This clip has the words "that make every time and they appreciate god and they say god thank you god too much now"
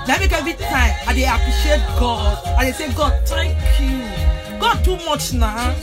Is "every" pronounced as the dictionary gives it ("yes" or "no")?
no